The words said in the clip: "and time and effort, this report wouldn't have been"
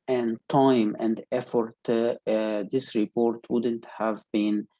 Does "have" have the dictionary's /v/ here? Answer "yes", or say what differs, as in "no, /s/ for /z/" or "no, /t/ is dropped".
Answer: yes